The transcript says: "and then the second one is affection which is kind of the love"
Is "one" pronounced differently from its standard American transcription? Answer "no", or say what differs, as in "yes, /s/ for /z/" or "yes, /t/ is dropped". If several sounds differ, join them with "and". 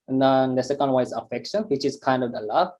yes, /n/ is dropped